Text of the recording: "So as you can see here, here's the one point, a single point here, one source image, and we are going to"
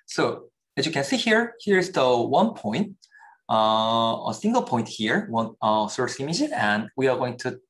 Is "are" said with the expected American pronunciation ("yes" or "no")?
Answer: yes